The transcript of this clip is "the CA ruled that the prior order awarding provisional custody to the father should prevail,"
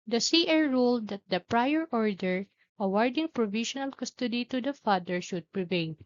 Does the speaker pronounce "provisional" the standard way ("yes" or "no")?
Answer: no